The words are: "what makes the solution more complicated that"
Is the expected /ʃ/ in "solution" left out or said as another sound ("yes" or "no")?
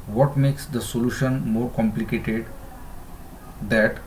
no